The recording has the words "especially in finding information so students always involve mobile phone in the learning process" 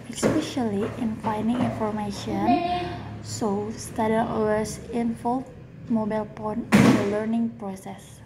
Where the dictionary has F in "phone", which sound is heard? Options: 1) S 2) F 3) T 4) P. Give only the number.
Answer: 4